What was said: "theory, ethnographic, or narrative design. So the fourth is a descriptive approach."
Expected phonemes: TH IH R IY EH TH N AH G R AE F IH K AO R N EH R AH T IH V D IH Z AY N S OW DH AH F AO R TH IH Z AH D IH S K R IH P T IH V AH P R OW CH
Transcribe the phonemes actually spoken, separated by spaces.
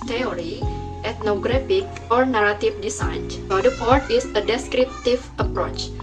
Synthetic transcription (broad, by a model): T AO R IY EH T N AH G R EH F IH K AO R N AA R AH T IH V D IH S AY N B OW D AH P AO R T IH S AH D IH S K R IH P T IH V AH P R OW CH